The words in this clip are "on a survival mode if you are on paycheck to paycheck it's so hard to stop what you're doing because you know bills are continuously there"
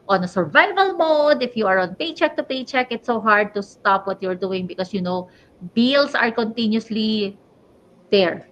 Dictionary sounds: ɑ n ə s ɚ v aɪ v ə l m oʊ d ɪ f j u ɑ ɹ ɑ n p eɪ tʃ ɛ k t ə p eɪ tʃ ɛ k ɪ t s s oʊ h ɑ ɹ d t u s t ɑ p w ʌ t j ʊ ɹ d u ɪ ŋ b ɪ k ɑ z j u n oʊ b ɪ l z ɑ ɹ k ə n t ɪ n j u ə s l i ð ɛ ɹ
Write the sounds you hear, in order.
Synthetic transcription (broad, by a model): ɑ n ə s ɚ v aɪ v ə l m oʊ d ɪ f j u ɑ ɹ ɑ n p eɪ tʃ ɛ k t ə p eɪ tʃ ɛ k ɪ t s s oʊ h ɑ ɹ d t u s t ɑ p w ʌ t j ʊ ɹ d u ɪ ŋ b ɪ k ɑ s j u n oʊ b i l s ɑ ɹ k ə n t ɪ n j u s l i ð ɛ ɹ